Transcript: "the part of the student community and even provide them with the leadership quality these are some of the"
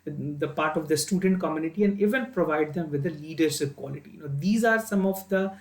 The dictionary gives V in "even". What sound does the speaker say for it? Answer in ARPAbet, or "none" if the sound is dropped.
V